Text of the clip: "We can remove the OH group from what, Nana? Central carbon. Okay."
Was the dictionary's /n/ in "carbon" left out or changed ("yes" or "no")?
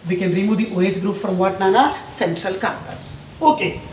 yes